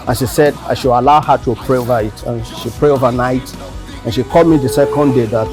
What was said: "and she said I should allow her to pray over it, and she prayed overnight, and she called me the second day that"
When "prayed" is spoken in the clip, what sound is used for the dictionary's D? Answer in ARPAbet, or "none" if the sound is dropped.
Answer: none